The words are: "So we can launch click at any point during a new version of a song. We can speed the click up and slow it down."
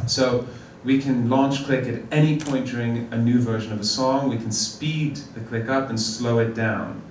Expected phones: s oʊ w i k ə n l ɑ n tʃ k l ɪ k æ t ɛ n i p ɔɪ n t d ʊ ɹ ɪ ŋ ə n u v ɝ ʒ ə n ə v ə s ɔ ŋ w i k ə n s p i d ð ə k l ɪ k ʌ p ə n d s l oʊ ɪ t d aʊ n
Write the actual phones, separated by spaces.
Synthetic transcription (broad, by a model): s oʊ w i k ə n l ɑ n tʃ k l ɪ k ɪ t ɛ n i p ɔɪ n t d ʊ ɹ ɪ ŋ ə n u v ɝ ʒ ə n ə v ə s ɔ ŋ w i k n s p i d ð ə k l ɪ k ʌ p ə n s l oʊ ɪ t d aʊ n